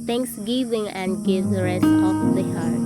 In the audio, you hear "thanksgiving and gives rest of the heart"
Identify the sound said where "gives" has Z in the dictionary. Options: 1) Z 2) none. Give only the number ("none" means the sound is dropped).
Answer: 2